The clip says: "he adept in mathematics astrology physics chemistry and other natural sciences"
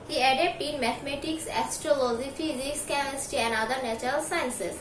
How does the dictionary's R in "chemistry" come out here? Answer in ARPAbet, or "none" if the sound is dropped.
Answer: none